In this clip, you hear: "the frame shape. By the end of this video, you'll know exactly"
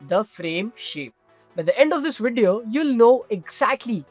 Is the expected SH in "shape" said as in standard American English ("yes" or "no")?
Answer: yes